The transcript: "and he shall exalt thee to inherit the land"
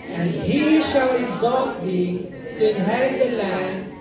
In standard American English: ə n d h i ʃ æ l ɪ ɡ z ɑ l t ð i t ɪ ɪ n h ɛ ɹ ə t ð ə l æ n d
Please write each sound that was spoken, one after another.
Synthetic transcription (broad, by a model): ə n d h i ʃ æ l ɪ ɡ z ɑ l t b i t ɪ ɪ n h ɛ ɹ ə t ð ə l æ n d